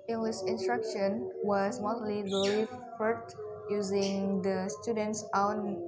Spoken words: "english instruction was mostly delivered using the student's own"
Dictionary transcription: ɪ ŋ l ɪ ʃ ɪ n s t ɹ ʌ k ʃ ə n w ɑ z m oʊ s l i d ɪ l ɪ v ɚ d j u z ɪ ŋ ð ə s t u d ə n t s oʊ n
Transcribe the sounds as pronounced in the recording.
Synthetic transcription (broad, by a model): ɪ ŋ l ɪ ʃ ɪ n s t ɹ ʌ k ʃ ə n w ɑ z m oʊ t l i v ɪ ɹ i f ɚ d j u z ɪ ŋ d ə s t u d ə n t s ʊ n